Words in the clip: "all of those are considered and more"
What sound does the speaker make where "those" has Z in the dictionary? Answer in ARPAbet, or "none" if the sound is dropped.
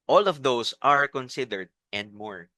S